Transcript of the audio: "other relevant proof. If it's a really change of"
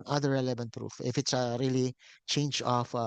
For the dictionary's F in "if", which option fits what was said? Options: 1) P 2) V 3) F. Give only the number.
3